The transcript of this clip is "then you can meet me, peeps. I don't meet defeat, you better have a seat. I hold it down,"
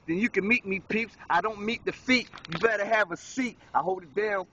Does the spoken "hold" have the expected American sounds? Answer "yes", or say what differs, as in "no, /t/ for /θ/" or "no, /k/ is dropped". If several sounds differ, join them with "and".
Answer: yes